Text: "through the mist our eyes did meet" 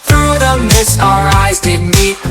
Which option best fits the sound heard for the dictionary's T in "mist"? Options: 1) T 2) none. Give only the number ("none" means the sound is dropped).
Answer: 2